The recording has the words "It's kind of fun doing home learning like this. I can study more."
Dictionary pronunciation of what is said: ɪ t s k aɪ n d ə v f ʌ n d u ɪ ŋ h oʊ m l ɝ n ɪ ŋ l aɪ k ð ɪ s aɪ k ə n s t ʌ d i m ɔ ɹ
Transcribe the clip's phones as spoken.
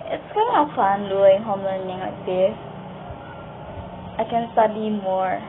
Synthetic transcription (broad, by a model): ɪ t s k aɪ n ə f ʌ n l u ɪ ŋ h oʊ m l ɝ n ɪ ŋ l aɪ k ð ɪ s aɪ k ə n s t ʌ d i m ɔ ɹ